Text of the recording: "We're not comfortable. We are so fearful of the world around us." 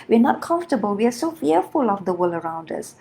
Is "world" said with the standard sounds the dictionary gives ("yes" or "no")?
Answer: no